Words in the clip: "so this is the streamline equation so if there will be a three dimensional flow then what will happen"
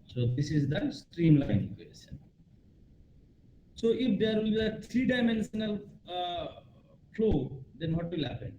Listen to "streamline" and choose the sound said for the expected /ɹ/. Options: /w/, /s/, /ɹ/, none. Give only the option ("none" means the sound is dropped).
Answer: /ɹ/